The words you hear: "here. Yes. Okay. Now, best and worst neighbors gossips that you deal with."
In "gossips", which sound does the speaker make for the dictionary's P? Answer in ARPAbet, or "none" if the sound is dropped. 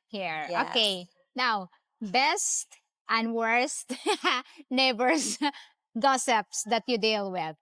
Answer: P